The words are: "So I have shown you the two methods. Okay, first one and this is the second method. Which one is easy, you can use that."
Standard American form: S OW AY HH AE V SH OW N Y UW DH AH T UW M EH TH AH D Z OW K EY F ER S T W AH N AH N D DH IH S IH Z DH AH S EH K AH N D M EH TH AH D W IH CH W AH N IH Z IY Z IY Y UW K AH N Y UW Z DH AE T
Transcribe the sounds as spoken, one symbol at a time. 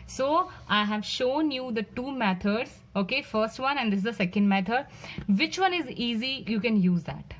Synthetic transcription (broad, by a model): S OW AY HH AE V SH OW N Y UW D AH T UW M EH T AH D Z OW K EY F ER S T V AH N AH N D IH S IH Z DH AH S EH K AH N D M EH T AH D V IH CH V AH N IH Z IY Z IY Y UW K AH N Y UW Z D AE T